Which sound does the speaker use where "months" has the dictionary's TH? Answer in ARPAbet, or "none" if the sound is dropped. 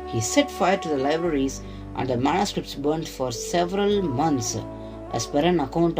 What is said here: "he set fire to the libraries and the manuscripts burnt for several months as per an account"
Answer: T